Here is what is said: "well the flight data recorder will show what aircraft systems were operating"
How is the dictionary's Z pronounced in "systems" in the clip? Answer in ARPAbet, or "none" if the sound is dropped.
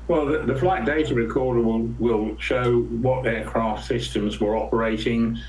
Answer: Z